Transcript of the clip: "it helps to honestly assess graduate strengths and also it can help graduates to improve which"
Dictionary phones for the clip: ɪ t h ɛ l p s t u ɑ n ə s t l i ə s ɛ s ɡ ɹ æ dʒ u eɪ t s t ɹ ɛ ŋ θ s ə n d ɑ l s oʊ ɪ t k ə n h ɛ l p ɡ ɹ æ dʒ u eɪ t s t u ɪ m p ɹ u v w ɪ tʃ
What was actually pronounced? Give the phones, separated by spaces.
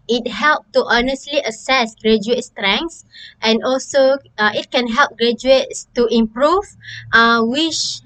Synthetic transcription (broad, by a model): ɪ t h ɛ l p t u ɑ n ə s t l i ə s ɛ s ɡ ɹ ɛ dʒ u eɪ t s t ɹ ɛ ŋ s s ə n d ɑ l s oʊ ɪ t k ə n h ɛ l p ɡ ɹ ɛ dʒ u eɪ t s t u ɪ m p ɹ u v w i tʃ